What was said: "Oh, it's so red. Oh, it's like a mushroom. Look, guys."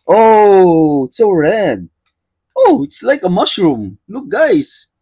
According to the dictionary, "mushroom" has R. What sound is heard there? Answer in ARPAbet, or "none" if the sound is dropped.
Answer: R